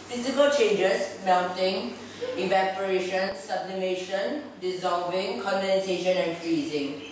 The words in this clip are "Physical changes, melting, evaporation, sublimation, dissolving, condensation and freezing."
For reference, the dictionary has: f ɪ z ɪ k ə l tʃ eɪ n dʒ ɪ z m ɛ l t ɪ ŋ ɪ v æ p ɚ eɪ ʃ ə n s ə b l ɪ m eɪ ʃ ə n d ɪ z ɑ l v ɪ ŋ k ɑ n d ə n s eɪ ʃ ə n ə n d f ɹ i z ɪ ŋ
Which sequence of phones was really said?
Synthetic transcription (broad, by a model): f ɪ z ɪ k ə l tʃ eɪ n dʒ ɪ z m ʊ n t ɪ ŋ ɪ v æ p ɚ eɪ ʃ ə n s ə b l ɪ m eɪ ʃ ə n d ɪ z ɑ l v ɪ ŋ k ɑ n d ə n s eɪ ʃ ə n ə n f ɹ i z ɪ ŋ